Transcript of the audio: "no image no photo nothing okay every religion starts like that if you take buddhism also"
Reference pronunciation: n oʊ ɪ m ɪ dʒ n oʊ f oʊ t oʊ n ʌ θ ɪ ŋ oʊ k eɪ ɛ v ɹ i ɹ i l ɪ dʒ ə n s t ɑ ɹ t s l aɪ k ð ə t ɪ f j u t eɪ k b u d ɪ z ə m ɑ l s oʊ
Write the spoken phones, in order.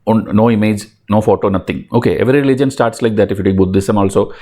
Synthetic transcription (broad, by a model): n oʊ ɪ m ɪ dʒ n oʊ f oʊ t oʊ n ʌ t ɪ ŋ oʊ k eɪ ɛ v ɹ i ɹ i l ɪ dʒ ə n s t ɑ ɹ t s l aɪ k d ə t ɪ f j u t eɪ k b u d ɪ s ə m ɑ l s oʊ